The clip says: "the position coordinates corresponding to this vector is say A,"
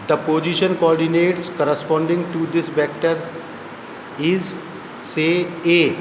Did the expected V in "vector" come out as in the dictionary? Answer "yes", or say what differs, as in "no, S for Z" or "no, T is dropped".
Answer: no, B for V